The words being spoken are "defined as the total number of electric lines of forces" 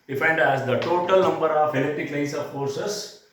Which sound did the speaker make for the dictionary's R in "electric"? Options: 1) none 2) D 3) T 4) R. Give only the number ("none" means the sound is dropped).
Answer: 1